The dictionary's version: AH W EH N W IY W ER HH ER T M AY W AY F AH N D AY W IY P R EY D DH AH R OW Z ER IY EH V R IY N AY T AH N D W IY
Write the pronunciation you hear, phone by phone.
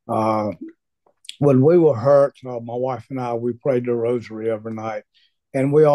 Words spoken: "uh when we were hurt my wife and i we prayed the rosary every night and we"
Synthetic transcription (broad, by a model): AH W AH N W IY W ER HH ER T M AY W AY F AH N AY W IY P R EY D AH R OW Z ER IY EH V IY N AY T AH N W IY